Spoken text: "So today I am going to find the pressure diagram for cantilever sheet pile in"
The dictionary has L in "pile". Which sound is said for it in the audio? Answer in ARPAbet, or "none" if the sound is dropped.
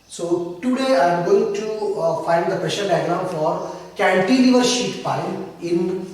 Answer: N